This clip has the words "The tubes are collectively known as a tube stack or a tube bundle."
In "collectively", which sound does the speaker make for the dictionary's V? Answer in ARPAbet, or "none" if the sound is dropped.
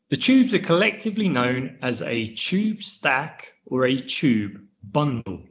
V